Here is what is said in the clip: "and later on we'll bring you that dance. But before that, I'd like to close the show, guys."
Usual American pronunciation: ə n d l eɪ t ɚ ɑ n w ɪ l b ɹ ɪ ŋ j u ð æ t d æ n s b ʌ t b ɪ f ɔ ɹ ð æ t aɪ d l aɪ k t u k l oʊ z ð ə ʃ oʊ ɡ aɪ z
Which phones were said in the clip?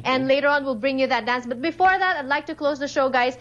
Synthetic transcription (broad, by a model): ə n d l eɪ t ɚ ɑ n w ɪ l b ɹ ɪ ŋ j u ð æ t d æ n s b ʌ t b ɪ f ɔ ɹ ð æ t aɪ d l aɪ k t u k l oʊ z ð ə ʃ oʊ ɡ aɪ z